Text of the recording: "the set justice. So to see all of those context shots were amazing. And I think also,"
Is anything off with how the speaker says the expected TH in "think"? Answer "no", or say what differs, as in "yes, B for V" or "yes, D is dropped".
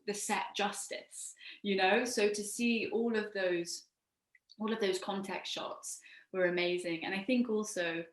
no